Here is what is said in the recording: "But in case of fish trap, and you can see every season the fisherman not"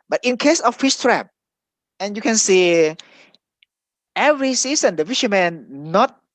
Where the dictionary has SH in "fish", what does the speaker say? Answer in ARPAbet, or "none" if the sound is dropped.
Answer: S